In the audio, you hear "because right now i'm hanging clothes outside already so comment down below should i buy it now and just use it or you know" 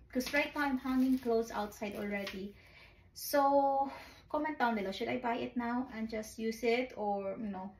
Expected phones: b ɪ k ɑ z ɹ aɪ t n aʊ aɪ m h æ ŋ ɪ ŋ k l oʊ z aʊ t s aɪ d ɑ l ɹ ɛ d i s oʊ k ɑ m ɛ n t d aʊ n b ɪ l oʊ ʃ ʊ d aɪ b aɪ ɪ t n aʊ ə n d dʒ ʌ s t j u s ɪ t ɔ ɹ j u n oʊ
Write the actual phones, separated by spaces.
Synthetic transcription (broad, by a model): k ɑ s ɹ aɪ t n aʊ aɪ m h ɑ ŋ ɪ ŋ k l oʊ s aʊ t s aɪ d ɑ l ɹ ɛ d i s oʊ k ɑ m ɛ n t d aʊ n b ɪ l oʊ ʃ ʊ d aɪ b aɪ ɪ t n aʊ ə n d dʒ ʌ s t j u s ɪ t ɔ ɹ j n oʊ